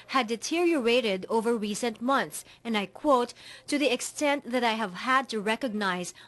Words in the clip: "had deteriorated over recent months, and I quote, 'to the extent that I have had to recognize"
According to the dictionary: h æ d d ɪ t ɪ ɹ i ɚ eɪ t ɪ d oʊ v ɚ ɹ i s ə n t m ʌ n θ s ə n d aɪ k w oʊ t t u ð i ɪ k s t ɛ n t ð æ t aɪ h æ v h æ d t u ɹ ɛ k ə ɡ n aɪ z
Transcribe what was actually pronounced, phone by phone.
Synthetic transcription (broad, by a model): h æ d d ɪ t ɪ ɹ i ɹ eɪ t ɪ d oʊ v ɚ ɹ i s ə n t m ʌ n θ s ə n d aɪ k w oʊ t t u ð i ɪ k s t ɛ n t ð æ t aɪ h æ v h æ d t u ɹ ɛ k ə ɡ n aɪ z